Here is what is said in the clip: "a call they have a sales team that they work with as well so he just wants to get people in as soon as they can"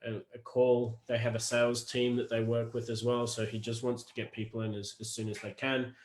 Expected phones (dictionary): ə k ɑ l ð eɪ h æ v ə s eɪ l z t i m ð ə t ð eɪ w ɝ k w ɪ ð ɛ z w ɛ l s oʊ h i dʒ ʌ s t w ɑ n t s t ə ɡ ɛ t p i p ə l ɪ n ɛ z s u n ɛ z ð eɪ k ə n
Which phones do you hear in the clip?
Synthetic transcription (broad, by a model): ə k ɑ l ð eɪ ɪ v ə s eɪ l z t i m ð ə t ð eɪ w ɝ k w ɪ ð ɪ z w ɛ l s oʊ i dʒ ʌ s t w ɑ n t s t ə ɡ ɛ t p i p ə n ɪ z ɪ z s u n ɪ z ð eɪ k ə n